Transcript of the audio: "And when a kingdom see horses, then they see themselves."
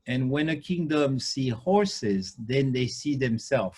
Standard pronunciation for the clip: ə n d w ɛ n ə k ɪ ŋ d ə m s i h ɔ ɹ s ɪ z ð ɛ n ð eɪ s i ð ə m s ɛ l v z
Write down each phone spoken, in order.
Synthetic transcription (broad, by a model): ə n w ɛ n ə k ɪ ŋ d ə m s i h ɔ ɹ s ɪ z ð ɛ n ð eɪ s i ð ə m s ɛ l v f